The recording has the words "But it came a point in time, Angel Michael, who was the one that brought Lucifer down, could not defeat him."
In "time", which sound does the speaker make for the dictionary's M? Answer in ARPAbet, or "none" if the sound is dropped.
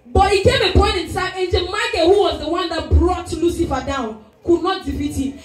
none